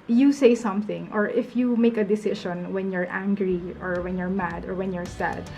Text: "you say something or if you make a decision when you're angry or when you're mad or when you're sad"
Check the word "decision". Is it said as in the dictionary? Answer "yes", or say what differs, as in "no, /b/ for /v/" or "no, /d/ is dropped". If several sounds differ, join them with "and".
no, /ʃ/ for /ʒ/